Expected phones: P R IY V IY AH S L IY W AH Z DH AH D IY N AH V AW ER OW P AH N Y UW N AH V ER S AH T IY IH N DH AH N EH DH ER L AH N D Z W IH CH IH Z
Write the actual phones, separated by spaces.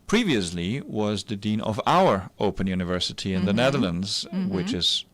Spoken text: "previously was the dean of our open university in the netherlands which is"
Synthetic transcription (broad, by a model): P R IY V IY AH S L IY W AH Z DH AH D IY N AH V AW ER OW P AH N Y UW N AH V ER S AH T IY IH N DH AH N EH DH ER L AH N D Z W IH CH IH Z